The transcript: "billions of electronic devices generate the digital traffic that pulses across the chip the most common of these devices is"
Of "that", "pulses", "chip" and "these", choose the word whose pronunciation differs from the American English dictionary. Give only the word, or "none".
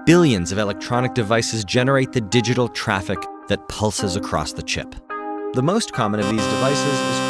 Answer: none